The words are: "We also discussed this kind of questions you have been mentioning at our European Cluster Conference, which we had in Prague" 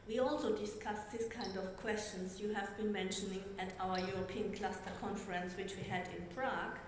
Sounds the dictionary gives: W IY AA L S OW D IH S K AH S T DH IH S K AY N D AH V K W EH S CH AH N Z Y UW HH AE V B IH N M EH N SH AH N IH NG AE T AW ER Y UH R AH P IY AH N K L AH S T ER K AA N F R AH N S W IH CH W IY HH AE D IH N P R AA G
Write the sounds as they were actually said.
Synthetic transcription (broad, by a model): W IY AA L S OW D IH S K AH S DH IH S K AY N D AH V K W EH S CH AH N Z Y UW HH AE V B IH N M EH N SH AH N IH NG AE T AW ER Y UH R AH P IY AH N K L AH S T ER K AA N F R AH N S W IH CH W IY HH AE D IH N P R AA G